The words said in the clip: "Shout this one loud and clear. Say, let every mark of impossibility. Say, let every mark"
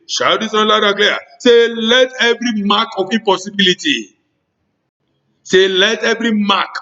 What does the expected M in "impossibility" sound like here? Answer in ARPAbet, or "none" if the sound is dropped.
none